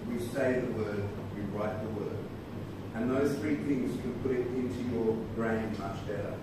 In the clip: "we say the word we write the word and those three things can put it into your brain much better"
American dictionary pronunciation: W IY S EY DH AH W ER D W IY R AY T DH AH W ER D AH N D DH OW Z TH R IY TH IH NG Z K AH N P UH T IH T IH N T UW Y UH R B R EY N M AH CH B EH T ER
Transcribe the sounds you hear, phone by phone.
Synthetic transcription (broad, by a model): W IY S EY DH AH W ER D W IY R AY T DH AH W ER D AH N DH OW Z TH R IY TH IH NG Z K AH N P UH T IH T IH N T UW Y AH R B R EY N M AH CH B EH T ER